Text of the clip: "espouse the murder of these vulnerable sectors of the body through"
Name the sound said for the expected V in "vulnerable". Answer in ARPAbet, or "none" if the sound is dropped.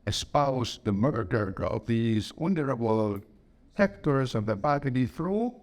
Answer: W